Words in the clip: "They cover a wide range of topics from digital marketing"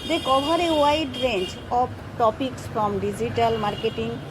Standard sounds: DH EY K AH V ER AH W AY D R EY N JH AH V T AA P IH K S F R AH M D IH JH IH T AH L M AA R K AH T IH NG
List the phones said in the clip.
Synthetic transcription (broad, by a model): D EY K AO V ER AH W AY D R EY N CH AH P T AA P IH K S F R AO M D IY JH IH T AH L M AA R K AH T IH NG